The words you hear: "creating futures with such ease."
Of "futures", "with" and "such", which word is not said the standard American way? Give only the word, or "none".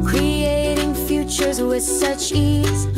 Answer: none